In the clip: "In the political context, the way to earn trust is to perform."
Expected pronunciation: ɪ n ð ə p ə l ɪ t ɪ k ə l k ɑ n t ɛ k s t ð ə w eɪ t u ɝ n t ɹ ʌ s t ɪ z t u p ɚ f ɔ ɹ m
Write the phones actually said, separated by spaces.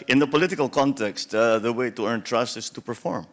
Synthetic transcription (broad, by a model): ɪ n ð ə p ə l ɪ t ɪ k ə l k ɑ n t ɛ k s t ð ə w eɪ t u ɝ n t ɹ ʌ s t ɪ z t u p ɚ f ɔ ɹ m